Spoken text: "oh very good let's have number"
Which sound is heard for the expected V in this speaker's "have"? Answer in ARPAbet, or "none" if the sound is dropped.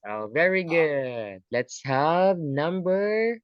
V